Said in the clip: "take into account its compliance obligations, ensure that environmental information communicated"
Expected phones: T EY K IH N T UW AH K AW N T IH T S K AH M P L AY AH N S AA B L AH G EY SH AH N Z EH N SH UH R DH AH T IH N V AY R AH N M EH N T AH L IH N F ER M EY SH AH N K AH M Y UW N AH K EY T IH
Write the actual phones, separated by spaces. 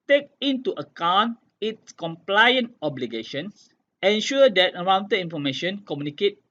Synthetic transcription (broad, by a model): T EY K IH N T UW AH K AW N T IH T S K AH M P L AY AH N AA B L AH G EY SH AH N S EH N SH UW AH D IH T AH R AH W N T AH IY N F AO M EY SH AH N K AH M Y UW N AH K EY T